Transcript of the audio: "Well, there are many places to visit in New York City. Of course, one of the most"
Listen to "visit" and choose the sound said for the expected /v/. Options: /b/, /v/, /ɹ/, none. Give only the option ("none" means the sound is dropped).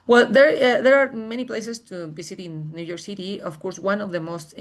/b/